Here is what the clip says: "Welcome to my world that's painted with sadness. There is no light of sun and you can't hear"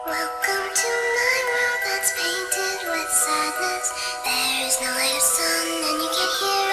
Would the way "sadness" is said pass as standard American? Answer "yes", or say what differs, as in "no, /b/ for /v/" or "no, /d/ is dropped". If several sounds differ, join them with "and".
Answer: no, /l/ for /n/